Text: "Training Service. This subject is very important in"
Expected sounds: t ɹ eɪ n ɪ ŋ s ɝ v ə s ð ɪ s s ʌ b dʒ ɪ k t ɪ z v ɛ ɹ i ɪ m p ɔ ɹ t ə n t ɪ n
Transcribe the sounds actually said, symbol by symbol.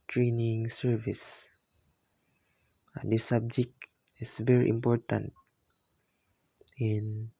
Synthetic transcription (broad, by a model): t ɹ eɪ n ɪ ŋ s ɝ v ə s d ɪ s s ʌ b dʒ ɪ k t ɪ s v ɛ ɹ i ɪ m p ɔ ɹ t ə n t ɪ n